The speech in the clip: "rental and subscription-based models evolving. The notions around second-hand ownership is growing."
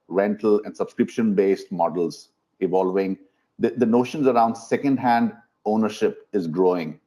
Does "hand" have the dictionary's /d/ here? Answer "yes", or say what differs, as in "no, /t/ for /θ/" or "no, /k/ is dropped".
yes